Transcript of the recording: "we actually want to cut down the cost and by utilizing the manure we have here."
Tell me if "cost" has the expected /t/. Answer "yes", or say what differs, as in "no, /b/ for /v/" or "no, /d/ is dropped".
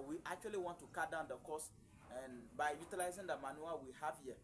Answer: no, /t/ is dropped